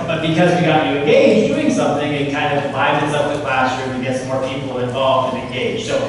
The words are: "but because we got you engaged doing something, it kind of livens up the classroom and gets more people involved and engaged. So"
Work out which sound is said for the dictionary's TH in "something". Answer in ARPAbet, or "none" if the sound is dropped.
TH